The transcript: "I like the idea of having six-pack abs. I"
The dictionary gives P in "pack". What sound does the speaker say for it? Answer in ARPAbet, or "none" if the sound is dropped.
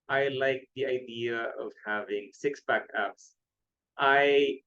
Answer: B